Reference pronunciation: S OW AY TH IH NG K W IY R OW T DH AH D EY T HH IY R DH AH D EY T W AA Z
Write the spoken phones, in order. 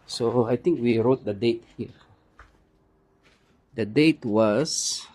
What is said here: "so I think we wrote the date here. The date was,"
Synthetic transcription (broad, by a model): S OW AY T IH NG K W IY R OW T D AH D EY T HH IY R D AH D EY T W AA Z